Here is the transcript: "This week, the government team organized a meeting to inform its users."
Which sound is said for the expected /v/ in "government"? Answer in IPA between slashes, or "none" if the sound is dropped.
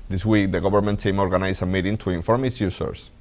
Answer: /b/